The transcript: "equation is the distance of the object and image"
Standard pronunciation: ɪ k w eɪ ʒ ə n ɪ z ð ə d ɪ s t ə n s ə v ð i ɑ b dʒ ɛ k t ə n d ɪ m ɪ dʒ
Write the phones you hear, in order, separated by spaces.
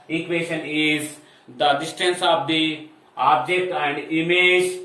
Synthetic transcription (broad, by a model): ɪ k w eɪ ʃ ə n ɪ z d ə d ɪ s t ə n s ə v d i ɑ b dʒ ɛ k t ə n d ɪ m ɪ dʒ